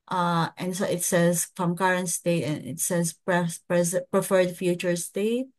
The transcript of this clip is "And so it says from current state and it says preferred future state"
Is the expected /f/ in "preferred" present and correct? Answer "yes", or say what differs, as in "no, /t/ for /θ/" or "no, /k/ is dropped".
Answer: yes